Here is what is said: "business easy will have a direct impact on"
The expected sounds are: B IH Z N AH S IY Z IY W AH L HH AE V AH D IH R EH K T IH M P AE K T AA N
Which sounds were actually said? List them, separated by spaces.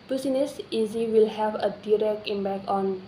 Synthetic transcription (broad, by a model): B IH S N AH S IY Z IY W AH L HH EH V AH D IH R EH K T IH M B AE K AA N